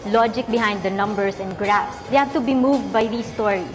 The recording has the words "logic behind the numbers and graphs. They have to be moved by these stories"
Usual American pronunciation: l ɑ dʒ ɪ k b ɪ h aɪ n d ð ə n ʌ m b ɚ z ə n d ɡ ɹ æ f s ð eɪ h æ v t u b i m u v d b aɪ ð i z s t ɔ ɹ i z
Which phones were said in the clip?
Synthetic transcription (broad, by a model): l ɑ dʒ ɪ k b ɪ h aɪ n d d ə n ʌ m b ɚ s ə n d ɡ ɹ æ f s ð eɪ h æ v t u b i m u v d b aɪ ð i s t ɔ ɹ i